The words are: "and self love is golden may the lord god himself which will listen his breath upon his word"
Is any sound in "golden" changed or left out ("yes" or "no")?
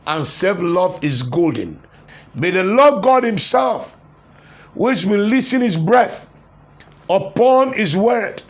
no